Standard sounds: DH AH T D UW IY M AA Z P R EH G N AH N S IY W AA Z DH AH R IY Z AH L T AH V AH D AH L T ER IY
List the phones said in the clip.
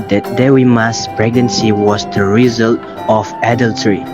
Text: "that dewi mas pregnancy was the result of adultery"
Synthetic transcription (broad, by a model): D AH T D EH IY M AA S P R EH G N AH N S IY W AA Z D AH R IY Z AH L T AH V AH D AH L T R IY